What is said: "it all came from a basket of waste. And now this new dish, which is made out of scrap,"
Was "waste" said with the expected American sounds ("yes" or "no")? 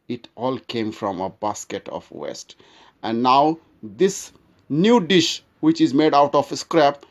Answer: yes